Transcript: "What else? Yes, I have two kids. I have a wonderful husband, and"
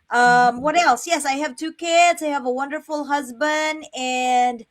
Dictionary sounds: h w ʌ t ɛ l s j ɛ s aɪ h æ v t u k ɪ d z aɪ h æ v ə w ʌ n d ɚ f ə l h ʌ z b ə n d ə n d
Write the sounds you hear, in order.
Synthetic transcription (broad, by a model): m w ʌ t ɛ l s j ɛ s aɪ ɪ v t u k ɪ d z aɪ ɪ v ə w ʌ n d ɚ f l h ʌ z b ə n d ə n